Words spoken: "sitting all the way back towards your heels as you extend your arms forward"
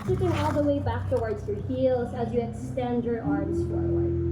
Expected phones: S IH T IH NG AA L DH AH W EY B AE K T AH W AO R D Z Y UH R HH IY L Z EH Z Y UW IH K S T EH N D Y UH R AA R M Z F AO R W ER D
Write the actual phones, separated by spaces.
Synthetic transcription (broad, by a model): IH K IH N AA L DH AH W EY B AE K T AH W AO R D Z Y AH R HH IY L Z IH Z Y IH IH K S T EH N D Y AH R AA R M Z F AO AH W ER